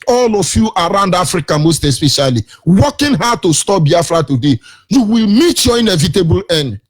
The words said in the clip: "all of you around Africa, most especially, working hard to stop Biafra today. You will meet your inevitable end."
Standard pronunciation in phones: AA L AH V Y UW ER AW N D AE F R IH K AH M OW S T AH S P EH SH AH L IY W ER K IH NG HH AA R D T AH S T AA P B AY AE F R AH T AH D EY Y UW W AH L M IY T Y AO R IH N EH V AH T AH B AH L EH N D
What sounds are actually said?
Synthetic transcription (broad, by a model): AA L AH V Y UW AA AW N D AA F R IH K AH M OW S T AH S P EH SH AH L IY W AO K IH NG HH AA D T AH S T AA P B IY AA F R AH T AH D EY Y UW W AH L M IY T Y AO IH N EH V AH T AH B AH L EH N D